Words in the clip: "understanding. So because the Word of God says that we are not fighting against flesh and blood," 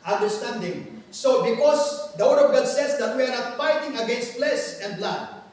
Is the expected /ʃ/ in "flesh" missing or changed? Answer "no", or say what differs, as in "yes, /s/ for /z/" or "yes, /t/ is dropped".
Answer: yes, /s/ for /ʃ/